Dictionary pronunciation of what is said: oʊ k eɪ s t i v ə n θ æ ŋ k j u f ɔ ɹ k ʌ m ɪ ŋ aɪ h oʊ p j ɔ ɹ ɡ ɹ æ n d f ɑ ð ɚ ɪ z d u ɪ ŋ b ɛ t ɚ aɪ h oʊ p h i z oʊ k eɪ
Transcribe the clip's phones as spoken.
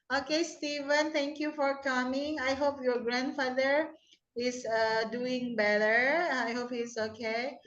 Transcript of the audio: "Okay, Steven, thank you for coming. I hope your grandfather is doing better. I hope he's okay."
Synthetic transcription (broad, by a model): oʊ k eɪ s t i v ə n t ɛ ŋ k j u f ɔ ɹ k ʌ m ɪ ŋ aɪ h oʊ p j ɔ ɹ ɡ ɹ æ n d f ɑ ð ɚ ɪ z d u ɪ ŋ b ɛ t ɚ aɪ h oʊ p h i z oʊ k eɪ